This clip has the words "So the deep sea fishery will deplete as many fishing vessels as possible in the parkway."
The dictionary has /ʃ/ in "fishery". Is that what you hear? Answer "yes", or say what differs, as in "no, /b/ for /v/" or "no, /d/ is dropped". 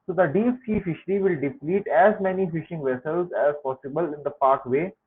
yes